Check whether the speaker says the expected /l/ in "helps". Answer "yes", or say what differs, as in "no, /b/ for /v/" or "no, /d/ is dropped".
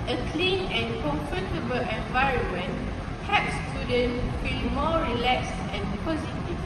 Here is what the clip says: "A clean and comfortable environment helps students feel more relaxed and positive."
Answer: no, /l/ is dropped